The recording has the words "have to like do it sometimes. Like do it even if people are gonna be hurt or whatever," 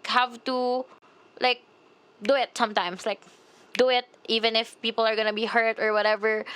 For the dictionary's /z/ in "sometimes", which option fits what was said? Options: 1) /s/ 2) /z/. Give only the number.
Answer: 1